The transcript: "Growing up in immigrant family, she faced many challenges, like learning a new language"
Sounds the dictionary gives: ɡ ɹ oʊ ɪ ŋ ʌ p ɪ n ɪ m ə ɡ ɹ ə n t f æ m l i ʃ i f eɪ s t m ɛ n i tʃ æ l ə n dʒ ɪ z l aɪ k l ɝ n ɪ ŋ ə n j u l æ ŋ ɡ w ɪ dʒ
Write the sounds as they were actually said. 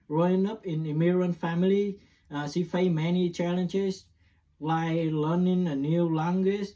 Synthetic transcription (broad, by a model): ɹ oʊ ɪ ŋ ʌ p ɪ n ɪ m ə ɹ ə n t f æ m l i s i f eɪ m ɛ n i tʃ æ l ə n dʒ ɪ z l aɪ l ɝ n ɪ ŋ ə n j u l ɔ ŋ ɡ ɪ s